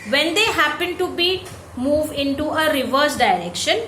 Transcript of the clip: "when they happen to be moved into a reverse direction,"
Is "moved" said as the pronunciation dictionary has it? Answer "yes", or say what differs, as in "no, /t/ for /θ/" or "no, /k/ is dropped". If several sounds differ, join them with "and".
yes